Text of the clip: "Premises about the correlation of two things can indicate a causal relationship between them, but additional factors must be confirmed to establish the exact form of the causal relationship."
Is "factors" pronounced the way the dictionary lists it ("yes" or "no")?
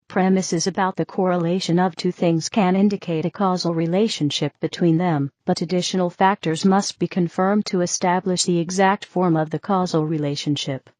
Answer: yes